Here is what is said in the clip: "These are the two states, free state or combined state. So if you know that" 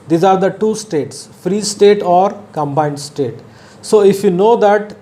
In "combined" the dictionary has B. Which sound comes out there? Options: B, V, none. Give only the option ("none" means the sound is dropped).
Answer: B